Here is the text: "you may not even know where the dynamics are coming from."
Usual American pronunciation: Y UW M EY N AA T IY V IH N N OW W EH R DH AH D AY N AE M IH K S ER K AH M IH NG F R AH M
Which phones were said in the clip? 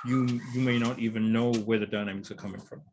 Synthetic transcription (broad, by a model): Y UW M EY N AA T IY V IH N N OW W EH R DH AH D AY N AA IH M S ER K AH M IH NG F R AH M